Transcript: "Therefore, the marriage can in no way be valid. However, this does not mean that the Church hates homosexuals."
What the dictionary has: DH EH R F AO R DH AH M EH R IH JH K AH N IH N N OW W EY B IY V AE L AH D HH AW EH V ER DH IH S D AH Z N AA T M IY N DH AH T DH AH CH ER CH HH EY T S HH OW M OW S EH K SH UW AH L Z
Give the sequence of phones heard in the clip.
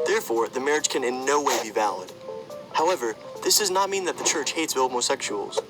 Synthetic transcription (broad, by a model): DH EH R F AO R DH AH M EH R IH JH K AH N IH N N OW W EY B IY V AE L AH D HH AW EH V ER DH IH S D AH Z N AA T M IY N DH AH T DH AH CH ER CH HH EY T S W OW M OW S EH K SH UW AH L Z